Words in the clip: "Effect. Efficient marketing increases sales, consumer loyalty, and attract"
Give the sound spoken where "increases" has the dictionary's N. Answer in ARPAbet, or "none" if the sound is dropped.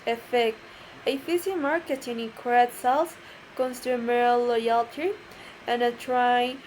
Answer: none